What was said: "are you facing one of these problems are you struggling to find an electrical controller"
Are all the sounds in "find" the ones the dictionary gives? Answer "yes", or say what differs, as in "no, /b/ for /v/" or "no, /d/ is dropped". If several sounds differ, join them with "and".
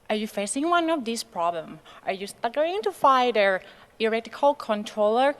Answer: no, /n/ is dropped